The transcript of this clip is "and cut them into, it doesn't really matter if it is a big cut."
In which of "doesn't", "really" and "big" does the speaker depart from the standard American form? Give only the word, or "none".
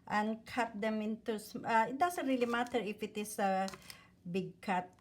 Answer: doesn't